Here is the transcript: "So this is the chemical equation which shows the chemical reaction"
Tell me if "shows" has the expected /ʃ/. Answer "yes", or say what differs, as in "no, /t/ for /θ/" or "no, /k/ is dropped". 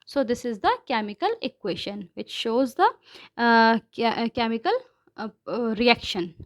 yes